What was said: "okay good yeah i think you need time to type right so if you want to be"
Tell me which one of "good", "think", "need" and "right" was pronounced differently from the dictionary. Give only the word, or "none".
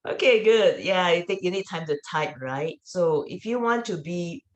think